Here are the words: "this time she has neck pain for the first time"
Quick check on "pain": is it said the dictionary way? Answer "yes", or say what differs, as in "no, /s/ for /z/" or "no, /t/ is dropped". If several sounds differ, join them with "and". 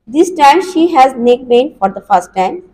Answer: no, /b/ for /p/